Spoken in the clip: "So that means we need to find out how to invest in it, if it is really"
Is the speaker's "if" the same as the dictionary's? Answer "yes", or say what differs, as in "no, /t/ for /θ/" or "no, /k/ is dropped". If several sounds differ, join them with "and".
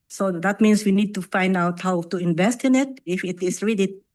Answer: yes